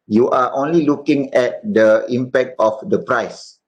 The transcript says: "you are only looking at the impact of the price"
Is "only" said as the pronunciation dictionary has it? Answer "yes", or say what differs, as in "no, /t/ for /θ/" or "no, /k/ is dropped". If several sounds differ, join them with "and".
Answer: yes